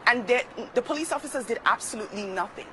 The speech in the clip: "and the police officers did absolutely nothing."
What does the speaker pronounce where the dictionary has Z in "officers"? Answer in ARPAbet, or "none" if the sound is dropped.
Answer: Z